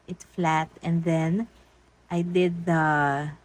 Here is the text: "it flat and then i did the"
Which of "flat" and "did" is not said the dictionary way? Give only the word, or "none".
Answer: none